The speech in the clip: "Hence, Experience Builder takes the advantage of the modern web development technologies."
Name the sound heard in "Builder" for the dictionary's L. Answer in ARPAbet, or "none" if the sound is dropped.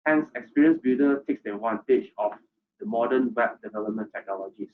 none